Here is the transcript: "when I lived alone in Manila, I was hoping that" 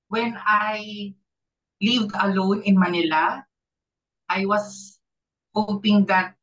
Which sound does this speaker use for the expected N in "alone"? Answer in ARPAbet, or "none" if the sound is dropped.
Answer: N